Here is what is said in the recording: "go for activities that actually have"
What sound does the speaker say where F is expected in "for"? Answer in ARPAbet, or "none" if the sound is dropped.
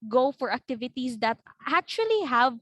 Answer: F